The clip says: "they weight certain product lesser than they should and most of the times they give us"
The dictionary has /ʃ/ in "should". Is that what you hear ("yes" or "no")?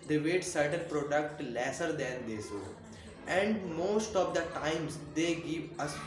no